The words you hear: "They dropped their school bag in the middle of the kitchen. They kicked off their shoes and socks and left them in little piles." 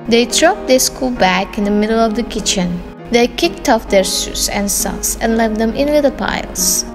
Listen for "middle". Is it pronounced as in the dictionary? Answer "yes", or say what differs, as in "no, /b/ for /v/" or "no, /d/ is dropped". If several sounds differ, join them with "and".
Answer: yes